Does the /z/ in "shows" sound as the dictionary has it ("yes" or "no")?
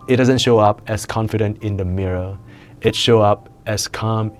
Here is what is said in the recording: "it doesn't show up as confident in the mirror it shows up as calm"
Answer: no